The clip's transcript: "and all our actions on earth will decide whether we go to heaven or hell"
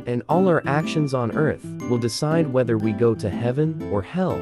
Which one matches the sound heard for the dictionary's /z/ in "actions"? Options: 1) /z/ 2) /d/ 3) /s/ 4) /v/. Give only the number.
1